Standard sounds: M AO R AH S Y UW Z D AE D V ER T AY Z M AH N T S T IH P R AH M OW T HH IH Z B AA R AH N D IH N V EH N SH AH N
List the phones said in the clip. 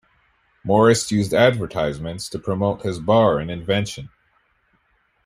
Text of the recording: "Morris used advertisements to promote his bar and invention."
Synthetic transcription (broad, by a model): M AO R AH S Y UW Z D AE D V ER T AY Z M AH N T S T IH P R AH M OW T HH IH Z B AA R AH N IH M V EH N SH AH N